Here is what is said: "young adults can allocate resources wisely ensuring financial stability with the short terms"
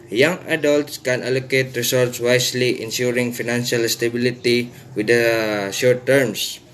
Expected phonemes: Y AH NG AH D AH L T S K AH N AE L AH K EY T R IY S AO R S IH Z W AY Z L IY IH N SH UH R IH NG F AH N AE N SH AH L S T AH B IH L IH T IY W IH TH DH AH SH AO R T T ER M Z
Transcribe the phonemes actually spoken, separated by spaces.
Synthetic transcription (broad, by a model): Y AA NG AH D AH L T S K AH N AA L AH K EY T R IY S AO R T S W AY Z L IY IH N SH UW R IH NG F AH N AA N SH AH L S T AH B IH L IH T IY W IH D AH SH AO R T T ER M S